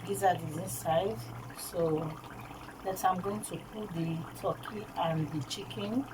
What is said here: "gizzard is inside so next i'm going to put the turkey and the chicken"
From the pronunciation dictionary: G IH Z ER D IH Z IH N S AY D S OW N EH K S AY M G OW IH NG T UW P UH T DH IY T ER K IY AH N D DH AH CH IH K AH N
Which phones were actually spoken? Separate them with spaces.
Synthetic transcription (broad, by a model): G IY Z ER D IH Z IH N S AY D S OW L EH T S AY M G OW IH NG T UW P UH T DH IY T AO K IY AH N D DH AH CH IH K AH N